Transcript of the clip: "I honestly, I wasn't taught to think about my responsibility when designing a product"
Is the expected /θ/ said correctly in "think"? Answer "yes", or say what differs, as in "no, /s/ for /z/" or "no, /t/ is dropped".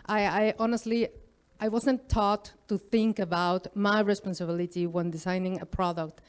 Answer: yes